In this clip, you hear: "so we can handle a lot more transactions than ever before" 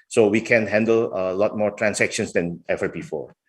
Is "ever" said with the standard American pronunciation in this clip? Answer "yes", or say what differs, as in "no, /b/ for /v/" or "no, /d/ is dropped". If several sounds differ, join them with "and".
yes